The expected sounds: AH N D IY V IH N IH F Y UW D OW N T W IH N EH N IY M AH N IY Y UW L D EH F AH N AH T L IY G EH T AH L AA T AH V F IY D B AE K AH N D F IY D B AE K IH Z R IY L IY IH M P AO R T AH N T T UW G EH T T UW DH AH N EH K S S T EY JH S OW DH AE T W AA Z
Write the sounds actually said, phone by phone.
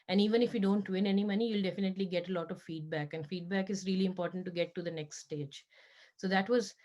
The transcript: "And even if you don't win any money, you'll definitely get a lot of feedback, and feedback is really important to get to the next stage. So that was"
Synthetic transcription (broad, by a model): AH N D IY V IH N IH F Y UW D OW N T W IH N EH N IY M AH N IY Y UW L D EH F AH N AH T L IY G EH T AH L AA T AH V F IY D B AE K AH N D F IY D B AE K IH Z R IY L IY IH M P AO R T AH N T T UW G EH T T UW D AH N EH K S S T EY JH S OW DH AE T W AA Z